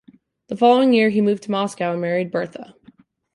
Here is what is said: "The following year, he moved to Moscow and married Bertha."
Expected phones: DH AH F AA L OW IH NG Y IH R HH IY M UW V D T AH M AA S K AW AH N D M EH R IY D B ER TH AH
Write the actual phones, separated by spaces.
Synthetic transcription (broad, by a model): DH AH F AA L OW IH NG Y IH R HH IY M UW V T AH M AA S K AW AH N M EH R IY D B ER TH AH